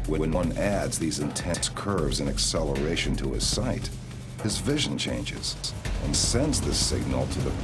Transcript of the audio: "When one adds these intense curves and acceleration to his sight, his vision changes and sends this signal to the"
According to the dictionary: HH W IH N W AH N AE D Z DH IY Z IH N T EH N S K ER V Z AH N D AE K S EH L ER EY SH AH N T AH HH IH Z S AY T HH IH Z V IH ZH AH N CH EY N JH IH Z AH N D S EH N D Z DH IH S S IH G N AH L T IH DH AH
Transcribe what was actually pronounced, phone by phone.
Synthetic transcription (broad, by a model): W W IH N W AH N AE D Z DH IY Z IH N T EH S K ER V Z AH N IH K S EH L ER EY SH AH N T AH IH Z S AY T HH IH Z V IH ZH AH N CH EY N JH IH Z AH N S EH N D Z DH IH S S IH G N L T IH DH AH